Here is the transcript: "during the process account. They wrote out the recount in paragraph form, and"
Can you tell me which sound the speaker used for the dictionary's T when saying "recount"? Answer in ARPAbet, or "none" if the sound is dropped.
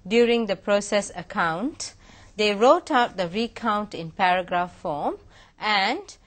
T